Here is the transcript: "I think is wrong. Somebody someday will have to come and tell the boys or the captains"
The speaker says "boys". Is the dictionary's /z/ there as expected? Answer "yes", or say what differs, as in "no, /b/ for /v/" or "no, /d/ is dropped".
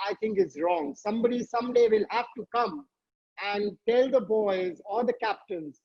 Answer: yes